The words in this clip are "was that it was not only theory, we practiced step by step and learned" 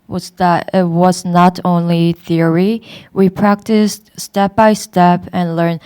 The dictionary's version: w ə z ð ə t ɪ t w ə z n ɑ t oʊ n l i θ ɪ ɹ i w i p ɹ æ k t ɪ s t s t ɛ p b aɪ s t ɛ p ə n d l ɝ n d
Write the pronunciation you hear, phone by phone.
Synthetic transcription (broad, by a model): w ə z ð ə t ɪ t w ə z n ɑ t oʊ n l i θ ɪ ɹ i w i p ɹ æ k t ɪ s t s t ɛ p b aɪ s t ɛ p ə n l ɝ n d